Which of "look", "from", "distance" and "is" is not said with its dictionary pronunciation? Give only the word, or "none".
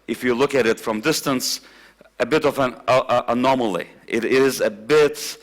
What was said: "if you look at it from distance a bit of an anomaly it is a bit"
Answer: none